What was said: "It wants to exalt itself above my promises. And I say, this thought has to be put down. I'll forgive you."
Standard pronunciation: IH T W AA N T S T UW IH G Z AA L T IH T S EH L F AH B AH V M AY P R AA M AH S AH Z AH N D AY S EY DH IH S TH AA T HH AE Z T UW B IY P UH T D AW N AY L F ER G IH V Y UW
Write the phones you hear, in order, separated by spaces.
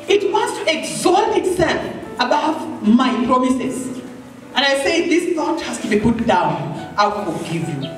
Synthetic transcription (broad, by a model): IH T W AA N T S T UW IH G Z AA T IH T S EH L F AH B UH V M AY P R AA M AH S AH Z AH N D AY S EY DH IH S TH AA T HH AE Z T UW B IY P UH T D AW N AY W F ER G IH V Y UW